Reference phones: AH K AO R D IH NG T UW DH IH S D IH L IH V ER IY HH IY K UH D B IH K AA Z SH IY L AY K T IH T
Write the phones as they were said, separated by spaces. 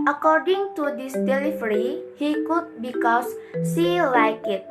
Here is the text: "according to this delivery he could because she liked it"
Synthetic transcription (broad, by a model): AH K AO R D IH NG T UW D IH S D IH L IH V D IY HH IY K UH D B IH K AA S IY L AY K IH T